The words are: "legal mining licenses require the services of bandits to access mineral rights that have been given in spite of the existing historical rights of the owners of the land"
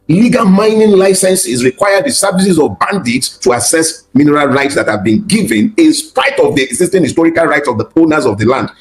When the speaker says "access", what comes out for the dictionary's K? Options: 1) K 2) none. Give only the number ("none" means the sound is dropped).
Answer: 2